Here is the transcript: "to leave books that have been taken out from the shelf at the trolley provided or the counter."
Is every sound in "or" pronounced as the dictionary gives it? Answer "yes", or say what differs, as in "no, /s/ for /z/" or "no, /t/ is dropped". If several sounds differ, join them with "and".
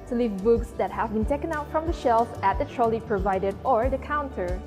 yes